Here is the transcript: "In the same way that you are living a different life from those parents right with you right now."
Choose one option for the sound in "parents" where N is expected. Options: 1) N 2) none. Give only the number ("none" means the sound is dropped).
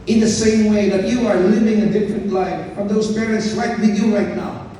1